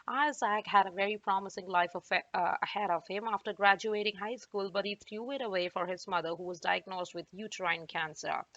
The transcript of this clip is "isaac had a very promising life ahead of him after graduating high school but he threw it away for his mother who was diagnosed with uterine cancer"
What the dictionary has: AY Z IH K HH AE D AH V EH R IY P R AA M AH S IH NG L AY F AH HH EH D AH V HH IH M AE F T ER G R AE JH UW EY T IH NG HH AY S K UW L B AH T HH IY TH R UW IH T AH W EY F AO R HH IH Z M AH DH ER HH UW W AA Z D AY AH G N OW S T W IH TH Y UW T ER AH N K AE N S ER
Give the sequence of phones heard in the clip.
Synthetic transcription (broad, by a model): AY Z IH K HH AE D AH V EH R IY P R AA M AH S IH NG L AY F AH HH EH D AH V HH IH M AE F T ER G R AE JH UW EY T IH NG HH AY S K UW L B AH T HH IY T R UW IH T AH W EY F AO R HH IH Z M AH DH ER HH UW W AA Z D AY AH G N OW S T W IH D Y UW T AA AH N K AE N S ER